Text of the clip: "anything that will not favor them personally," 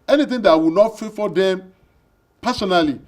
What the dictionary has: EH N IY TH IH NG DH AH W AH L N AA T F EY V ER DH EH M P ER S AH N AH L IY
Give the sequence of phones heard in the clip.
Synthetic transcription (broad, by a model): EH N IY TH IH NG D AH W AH N AA T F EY F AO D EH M P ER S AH N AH L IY